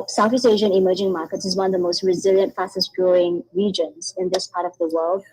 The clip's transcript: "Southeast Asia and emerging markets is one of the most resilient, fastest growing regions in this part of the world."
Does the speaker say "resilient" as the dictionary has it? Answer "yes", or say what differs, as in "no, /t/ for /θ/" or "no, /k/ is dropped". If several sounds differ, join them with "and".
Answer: yes